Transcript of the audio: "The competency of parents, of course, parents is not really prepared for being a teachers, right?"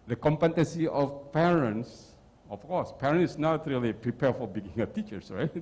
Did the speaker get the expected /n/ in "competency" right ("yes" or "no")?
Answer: no